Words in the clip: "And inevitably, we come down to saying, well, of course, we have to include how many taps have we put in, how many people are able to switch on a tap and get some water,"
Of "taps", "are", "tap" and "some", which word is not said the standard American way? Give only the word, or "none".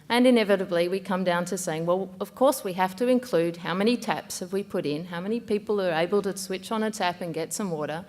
none